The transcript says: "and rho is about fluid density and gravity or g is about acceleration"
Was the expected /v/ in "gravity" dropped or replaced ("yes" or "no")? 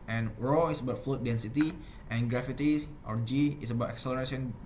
yes